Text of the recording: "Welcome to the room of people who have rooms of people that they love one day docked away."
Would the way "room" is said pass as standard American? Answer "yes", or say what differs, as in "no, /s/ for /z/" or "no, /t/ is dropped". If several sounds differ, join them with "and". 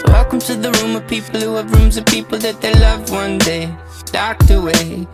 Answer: yes